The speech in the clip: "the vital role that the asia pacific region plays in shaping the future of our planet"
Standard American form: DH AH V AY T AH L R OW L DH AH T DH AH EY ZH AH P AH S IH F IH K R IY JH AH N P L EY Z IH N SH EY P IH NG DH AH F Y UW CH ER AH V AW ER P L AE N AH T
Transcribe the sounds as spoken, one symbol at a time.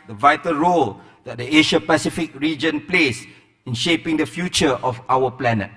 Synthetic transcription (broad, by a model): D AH V AY T AH L R OW L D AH T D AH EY SH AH P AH S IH F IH K R IY JH AH N P L EY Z IH N SH EY P IH NG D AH F Y UW CH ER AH F AW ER P L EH N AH T